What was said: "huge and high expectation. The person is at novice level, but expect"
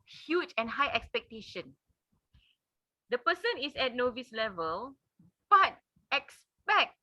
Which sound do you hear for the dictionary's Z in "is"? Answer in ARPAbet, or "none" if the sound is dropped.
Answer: S